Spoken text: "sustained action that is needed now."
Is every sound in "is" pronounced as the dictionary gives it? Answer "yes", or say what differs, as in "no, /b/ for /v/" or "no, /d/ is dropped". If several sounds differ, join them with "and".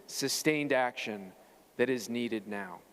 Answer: yes